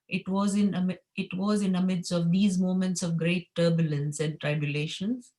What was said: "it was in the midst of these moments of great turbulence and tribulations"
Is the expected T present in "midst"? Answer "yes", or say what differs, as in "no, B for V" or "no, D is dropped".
no, T is dropped